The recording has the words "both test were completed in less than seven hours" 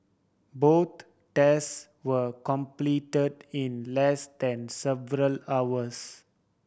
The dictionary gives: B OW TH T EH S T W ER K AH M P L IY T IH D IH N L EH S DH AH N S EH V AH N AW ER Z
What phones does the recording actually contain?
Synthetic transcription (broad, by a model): B OW T T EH S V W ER K AH M P L IY T IH D IH N L EH S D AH N S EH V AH L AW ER S